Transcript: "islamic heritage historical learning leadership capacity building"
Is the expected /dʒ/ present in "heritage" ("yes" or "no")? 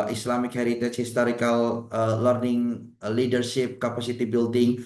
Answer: no